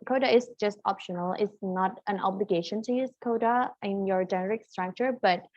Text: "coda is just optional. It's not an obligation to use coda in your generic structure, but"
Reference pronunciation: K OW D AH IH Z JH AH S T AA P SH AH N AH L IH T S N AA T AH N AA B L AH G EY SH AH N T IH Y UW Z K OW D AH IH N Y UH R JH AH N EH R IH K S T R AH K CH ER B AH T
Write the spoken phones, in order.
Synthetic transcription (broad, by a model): K OW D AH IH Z JH AH S T AA P SH AH N AH L IH T S N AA T AH N AA B L AH G EY SH AH N T IH Y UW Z K OW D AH IH N Y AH R JH AH N EH R IH K S T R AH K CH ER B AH T